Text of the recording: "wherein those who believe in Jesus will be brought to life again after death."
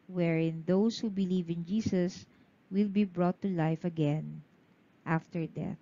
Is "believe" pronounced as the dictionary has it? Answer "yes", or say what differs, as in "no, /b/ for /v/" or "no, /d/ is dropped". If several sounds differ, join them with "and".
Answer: yes